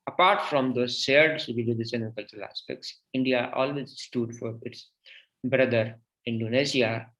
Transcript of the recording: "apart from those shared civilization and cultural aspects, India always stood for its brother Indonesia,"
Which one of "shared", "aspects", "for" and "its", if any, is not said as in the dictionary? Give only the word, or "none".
shared